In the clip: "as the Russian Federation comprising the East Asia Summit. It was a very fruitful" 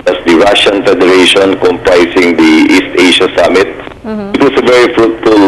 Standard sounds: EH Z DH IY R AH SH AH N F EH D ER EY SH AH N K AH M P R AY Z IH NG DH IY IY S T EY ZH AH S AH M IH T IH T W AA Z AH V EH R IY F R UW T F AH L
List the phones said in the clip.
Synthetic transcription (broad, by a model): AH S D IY R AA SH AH N F EH D ER EY SH AH N K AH M P R AY S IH NG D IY IY S T EY SH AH S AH M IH T IH T W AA S AH V EH R IY F R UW T F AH L